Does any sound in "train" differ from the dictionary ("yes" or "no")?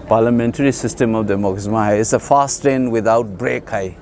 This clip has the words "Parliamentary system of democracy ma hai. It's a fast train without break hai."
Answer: yes